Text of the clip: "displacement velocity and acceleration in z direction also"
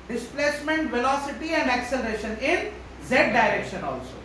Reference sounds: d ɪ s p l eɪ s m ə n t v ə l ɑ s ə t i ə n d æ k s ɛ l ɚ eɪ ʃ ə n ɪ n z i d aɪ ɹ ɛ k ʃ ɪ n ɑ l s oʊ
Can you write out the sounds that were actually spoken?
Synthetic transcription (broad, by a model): d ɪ s p l eɪ s m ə n t v ə l ɑ s ə t i ə n d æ k s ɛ l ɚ eɪ ʃ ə n ɪ n z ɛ d aɪ ɹ ɛ k ʃ ɪ n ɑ l s oʊ